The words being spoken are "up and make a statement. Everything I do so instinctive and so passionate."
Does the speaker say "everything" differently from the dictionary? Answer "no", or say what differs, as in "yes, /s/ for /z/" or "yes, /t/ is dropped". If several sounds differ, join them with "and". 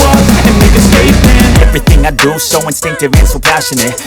no